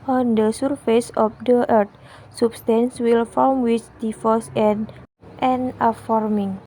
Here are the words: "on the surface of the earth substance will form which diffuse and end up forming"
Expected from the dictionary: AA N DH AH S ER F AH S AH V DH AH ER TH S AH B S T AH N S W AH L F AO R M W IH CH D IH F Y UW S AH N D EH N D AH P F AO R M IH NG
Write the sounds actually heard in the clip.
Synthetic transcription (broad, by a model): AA N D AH S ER F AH S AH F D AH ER T S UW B S T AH N S W AH L F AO L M W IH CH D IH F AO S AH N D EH N AH F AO R M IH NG